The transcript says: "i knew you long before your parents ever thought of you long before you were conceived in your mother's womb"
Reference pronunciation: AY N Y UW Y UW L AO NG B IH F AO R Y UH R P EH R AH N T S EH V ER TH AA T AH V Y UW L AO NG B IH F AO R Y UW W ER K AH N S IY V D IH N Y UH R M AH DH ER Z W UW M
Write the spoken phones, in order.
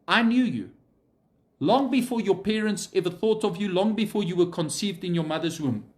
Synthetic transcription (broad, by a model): AY N Y UW Y UW L AO NG B IH F AO R Y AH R P EH R AH N T S EH V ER TH AA T AH V Y UW L AO NG B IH F AO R Y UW W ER K AH N S IY V D IH N Y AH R M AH DH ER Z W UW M